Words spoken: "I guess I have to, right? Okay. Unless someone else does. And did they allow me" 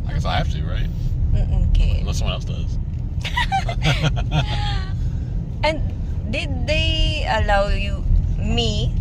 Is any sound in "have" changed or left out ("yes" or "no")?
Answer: yes